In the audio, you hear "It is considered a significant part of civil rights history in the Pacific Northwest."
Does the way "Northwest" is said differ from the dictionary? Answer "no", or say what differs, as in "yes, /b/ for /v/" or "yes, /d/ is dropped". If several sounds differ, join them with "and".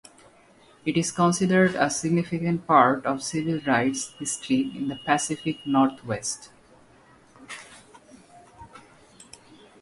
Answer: yes, /t/ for /θ/